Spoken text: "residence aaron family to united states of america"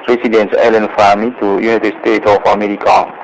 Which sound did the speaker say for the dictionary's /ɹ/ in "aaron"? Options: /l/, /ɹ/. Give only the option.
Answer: /l/